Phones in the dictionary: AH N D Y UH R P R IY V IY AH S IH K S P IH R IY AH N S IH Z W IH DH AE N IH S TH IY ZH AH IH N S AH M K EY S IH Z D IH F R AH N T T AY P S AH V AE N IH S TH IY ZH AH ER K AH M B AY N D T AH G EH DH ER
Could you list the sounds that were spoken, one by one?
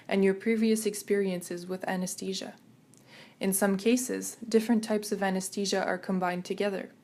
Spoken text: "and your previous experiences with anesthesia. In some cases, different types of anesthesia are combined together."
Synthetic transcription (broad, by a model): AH N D Y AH R P R IY V IY AH S IH K S P IH R IY AH N S IH Z W IH DH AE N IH S T IY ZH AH IH N S AH M K EY S IH Z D IH F R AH N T T AY P S AH V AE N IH S T IY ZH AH ER K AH M B AY N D T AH G EH DH ER